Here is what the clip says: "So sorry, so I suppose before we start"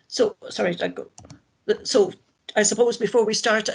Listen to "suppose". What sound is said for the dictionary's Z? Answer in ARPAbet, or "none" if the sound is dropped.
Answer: Z